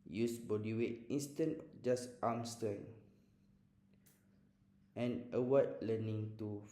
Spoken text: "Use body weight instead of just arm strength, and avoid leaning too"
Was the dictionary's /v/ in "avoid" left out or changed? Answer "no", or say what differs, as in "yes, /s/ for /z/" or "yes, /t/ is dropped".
yes, /w/ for /v/